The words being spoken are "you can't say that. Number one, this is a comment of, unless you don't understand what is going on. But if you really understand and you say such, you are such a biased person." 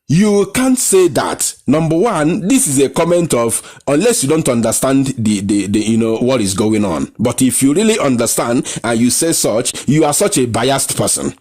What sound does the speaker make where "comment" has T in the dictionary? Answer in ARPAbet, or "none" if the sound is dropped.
T